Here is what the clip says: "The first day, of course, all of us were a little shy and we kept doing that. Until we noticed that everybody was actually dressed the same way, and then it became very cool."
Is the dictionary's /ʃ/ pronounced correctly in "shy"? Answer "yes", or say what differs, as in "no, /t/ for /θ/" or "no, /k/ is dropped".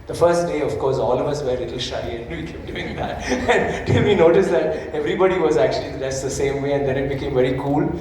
yes